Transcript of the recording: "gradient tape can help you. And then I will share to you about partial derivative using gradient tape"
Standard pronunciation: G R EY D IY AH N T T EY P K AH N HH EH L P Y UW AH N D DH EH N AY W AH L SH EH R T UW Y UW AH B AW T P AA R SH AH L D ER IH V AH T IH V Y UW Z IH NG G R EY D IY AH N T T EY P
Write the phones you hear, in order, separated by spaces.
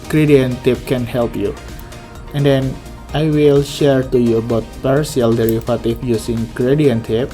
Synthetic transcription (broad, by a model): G R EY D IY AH N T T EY P K AH N HH EH L P Y UW AH N D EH N AY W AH L SH EH R T UW Y UW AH B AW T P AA R S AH L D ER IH F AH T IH F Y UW S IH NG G R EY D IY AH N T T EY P